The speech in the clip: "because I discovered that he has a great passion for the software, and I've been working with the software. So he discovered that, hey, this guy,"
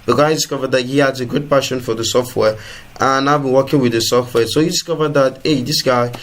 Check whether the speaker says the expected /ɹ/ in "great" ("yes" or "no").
no